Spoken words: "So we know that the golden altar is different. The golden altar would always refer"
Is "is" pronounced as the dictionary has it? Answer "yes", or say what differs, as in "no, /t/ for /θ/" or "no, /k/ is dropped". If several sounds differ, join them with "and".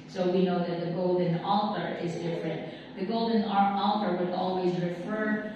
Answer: yes